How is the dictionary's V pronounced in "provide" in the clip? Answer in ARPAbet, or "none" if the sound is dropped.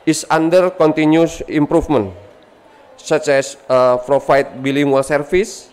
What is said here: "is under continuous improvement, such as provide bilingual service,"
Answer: F